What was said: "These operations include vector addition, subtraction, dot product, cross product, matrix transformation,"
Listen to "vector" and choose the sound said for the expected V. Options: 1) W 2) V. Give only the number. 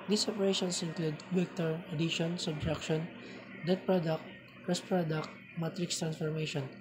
1